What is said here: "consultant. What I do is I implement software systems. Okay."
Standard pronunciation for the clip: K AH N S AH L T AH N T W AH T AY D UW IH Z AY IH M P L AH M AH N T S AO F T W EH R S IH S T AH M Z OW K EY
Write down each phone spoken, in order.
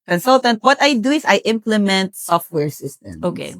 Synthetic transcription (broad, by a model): K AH N S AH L T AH N T W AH T AY D UW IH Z AY IH M P L AH M AH N T S AO F T W EH R S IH S T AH M OW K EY